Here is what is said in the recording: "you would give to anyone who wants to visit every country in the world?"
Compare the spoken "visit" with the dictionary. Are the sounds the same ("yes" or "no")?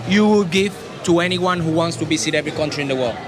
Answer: no